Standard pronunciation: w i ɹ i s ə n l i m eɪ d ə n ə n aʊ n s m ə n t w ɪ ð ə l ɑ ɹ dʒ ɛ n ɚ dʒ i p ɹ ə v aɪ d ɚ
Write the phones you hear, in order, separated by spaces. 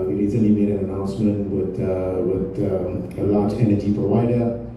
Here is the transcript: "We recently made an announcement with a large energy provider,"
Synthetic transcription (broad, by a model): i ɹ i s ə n i m eɪ d ə n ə n aʊ n s m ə n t w ɪ ð ə l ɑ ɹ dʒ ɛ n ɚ dʒ i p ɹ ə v aɪ d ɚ